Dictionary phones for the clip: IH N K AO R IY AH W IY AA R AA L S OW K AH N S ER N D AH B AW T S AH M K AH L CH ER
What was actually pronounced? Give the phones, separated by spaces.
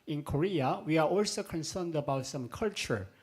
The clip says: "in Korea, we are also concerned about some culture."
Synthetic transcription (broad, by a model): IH N K AO R IY AH W IY AA R AA L S OW K AH N S ER N D AH B AW T S AH M K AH L CH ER